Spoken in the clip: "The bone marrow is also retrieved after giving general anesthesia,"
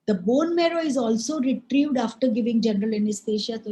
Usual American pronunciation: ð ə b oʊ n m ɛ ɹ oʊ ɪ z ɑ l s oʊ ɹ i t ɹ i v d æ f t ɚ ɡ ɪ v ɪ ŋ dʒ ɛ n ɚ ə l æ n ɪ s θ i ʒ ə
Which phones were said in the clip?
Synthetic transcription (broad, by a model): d ə b oʊ n m ɛ ɹ oʊ ɪ z ɑ l s oʊ ɹ i t ɹ i v d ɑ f t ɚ ɡ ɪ v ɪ ŋ dʒ ɛ n ɚ ə l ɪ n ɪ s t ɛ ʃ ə